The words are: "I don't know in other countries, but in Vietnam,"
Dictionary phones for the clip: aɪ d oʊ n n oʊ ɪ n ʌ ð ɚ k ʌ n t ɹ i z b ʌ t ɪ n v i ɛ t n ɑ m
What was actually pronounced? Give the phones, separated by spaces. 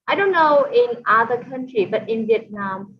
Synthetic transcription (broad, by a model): aɪ d oʊ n n oʊ ɪ n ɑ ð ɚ k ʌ n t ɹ i b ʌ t ɪ n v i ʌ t n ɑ m